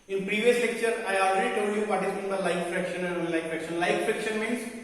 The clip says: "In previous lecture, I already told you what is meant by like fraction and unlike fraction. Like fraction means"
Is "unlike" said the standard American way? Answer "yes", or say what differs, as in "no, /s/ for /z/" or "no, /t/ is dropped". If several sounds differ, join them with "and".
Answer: no, /n/ is dropped